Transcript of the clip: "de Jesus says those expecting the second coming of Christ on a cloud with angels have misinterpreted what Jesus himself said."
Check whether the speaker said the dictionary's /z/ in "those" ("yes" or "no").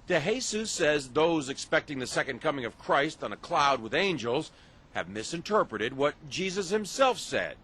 yes